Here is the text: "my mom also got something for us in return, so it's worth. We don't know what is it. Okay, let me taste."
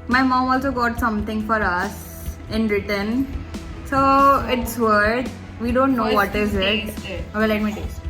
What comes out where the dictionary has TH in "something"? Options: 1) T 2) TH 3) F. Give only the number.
1